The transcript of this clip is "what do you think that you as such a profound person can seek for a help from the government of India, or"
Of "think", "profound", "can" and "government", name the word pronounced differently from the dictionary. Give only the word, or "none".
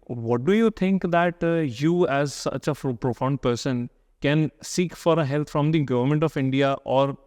think